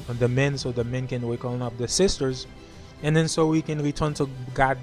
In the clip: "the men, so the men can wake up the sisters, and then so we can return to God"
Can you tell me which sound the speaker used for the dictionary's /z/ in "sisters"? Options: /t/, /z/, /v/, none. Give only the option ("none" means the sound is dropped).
/z/